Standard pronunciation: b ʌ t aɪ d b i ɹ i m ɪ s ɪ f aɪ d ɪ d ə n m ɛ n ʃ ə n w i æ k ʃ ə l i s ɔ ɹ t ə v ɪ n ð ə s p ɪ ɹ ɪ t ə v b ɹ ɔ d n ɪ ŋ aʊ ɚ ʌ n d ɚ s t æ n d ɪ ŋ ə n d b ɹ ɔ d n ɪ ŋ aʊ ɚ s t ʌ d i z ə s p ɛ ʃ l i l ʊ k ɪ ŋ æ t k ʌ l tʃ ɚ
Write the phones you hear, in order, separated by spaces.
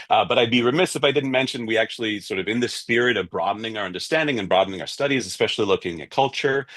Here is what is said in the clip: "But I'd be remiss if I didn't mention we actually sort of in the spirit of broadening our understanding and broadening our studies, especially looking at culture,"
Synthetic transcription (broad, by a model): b ʌ t aɪ d b i ɹ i m ɪ s ɪ f aɪ d ɪ d n m ɛ n ʃ ə n w i æ k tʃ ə l i s ɔ ɹ t ə v ɪ n ð ə s p ɪ ɹ ɪ t ə v b ɹ ɔ d n ɪ ŋ aʊ ɚ ʌ n d ɚ s t æ n d ɪ ŋ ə n b ɹ ɔ d n ɪ ŋ aʊ ɚ s t ʌ d i z ə s p ɛ ʃ l i l ʊ k ɪ ŋ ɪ t k ʌ l tʃ ɚ